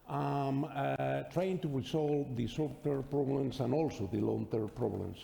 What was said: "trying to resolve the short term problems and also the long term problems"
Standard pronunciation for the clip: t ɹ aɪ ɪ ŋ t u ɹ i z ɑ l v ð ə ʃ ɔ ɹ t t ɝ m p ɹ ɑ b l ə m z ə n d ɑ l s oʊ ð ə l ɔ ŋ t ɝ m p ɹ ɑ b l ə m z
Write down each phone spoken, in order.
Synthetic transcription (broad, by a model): t ɹ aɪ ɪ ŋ t u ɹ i s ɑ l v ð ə s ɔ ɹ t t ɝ p ɹ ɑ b l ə m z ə n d ɑ l s oʊ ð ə l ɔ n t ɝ p ɹ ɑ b l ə m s